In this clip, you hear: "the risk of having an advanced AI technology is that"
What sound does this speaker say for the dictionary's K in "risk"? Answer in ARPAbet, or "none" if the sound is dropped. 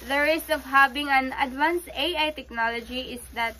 none